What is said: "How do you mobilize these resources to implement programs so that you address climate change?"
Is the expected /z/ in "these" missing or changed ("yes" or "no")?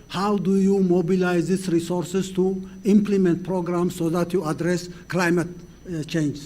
yes